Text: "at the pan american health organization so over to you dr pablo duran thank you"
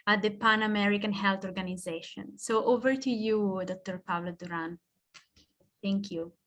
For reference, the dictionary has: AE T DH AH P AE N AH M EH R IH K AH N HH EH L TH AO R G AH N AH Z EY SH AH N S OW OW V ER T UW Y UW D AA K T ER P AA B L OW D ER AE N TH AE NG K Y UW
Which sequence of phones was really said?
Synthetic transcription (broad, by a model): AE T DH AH P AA N AH M EH R IH K AH N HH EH L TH AO R G AH N AH Z EY SH AH N S OW OW V ER T UW Y UW D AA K T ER P AA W L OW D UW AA N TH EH NG K Y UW